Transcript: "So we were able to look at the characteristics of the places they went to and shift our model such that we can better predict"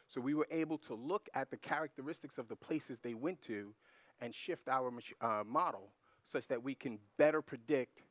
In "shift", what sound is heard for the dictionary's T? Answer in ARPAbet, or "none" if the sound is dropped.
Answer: T